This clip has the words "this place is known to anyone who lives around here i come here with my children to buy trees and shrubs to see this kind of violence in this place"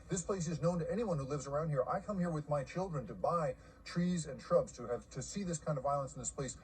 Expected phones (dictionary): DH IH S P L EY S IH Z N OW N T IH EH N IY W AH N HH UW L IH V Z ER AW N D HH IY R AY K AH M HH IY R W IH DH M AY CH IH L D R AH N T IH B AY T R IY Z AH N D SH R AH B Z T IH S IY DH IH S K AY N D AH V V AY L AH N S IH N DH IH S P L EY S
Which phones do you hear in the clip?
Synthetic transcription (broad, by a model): DH IH S P L EY S IH Z N OW N T IH EH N IY W AH N HH UW L IH V Z ER AW N D HH IY R AY K AH M HH IY R W IH DH M AY CH IH L D R AH N T IH B AY T R IY Z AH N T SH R AH B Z T IH S IY DH IH S K AY N D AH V V AY L AH N S N DH IH S P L EY S